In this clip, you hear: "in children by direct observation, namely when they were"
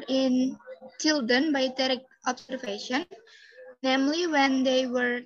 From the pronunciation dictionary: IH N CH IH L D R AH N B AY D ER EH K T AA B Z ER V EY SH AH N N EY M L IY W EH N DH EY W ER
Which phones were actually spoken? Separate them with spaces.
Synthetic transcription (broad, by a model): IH N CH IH L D AH N B AY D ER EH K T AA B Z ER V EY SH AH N N EY M L IY W EH N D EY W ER